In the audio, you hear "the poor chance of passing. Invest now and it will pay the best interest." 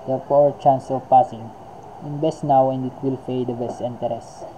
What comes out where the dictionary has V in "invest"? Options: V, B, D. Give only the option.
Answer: B